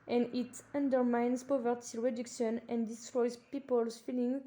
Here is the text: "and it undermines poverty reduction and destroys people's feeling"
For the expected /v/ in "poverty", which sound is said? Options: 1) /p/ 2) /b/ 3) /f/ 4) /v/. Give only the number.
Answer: 4